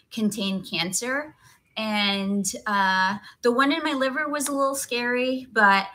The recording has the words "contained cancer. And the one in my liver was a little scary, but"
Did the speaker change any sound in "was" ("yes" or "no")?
no